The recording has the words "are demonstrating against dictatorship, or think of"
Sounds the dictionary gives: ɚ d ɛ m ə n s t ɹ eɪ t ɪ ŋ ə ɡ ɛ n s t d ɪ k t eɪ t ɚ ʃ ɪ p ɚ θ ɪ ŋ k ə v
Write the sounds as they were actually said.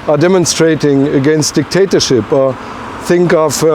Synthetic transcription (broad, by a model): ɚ d ɛ m ə n s t ɹ eɪ t ɪ ŋ ə ɡ ɛ n s t d ɪ k t eɪ t ɚ ʃ ɪ p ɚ θ ɪ ŋ k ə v